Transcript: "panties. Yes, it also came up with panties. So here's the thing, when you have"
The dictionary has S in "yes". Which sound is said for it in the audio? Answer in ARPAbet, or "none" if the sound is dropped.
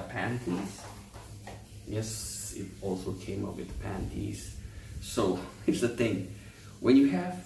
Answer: S